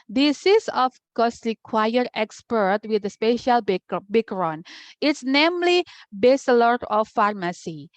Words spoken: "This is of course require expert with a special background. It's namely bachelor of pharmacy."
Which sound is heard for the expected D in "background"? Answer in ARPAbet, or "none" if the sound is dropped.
none